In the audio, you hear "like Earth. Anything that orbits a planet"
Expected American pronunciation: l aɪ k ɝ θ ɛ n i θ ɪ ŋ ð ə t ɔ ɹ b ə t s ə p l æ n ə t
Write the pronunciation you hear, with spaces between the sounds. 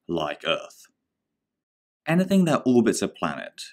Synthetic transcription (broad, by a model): l aɪ k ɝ θ ɛ n i θ ɪ ŋ ð ə t ɔ l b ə t s ə p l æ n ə t